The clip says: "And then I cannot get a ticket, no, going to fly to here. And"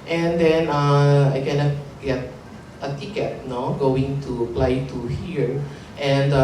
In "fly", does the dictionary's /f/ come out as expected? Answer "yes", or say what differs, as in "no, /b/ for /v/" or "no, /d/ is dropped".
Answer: no, /p/ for /f/